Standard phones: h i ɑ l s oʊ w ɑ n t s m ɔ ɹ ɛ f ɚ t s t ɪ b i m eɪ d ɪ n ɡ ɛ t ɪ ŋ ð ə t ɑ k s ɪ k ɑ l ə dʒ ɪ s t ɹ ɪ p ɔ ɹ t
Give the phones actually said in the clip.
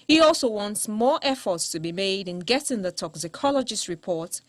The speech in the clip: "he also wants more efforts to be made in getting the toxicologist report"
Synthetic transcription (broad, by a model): h i ɑ l s oʊ w ɑ n t s m ɔ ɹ ɛ f ɚ t s t ɪ b i m eɪ d ɪ n ɡ ɛ t ɪ ŋ ð ə t ɑ k s ɪ k ɑ l ə dʒ ɪ s t ɹ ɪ p ɔ ɹ t